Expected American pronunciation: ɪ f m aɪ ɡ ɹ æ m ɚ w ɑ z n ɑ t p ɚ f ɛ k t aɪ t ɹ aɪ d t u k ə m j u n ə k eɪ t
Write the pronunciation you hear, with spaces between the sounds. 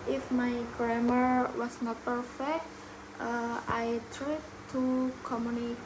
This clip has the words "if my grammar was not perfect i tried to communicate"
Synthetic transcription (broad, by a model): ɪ f m aɪ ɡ ɹ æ m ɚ w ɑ s n ɑ t p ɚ f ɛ k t aɪ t ɹ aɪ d t u k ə m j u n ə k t